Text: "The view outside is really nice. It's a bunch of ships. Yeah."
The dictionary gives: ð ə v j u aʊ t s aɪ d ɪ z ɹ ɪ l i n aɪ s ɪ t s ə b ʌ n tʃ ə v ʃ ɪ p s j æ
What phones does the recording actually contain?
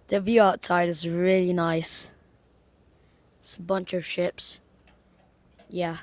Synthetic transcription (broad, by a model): ð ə v j u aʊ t aɪ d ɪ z ɹ ɪ l i n aɪ s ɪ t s ə b ʌ n tʃ ə v ʃ ɪ p s j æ